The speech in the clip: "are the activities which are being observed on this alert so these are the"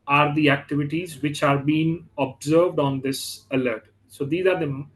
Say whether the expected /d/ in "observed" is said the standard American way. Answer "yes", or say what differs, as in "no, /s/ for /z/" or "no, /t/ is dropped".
yes